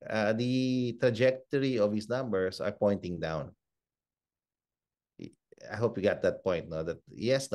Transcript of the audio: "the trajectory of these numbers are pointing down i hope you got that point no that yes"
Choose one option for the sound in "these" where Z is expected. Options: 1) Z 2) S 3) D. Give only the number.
2